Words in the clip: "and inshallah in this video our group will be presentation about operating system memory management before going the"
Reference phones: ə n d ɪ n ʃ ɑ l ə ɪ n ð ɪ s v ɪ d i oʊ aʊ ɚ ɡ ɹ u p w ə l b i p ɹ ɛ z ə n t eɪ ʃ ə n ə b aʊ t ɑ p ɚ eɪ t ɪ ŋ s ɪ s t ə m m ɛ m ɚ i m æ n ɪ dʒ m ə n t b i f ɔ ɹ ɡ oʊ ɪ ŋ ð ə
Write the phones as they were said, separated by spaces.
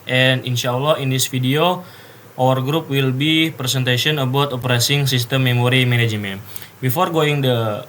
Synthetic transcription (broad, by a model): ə n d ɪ n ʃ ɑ l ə ɪ n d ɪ s f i d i oʊ aʊ ɚ ɡ ɹ u p w ə l b i p ɹ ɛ s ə n t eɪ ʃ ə n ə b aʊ t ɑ p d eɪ s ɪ ŋ s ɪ s t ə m m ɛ m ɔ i m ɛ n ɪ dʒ m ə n b i f ɔ ɹ ɡ oʊ ɪ ŋ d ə